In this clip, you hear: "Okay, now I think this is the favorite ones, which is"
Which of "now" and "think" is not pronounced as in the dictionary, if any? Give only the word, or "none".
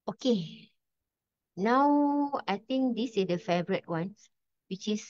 think